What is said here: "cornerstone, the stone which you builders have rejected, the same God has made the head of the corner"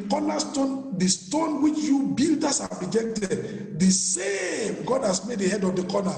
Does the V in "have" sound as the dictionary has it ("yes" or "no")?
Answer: no